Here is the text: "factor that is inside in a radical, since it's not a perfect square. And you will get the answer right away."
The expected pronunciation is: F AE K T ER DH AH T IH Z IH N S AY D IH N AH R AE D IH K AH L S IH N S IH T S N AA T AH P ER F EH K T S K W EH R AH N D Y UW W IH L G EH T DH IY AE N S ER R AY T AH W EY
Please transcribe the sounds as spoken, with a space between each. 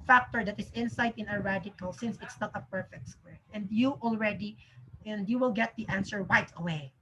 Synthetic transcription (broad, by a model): F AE K T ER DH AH T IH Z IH N S AY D IH N AH R AE D IH K AH L S IH N S IH T S N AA T AH P ER F EH K T S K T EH R AH N D Y UW W IH L G EH T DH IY AE N S ER W AY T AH W EY